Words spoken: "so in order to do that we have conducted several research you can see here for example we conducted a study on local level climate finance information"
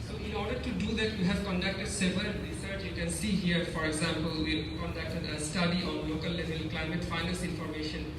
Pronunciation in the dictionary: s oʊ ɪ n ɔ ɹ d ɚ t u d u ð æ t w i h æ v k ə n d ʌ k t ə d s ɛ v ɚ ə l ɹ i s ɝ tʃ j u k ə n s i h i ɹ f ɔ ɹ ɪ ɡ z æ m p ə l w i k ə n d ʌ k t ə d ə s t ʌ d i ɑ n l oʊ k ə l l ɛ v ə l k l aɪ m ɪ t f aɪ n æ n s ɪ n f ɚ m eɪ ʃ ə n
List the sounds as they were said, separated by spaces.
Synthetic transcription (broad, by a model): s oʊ ɪ n ɔ ɹ d ɚ t u d u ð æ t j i h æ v k ə n d ʌ k t ə d s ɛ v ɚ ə n ɹ i s ɝ tʃ j u k ə n s i h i ɹ f ɔ ɹ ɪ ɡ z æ m p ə l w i k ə n d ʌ k t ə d ə s t ʌ d i ɑ n l oʊ k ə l l ɛ v ə l k l aɪ m ɪ t f aɪ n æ n s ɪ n f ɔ m eɪ ʃ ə n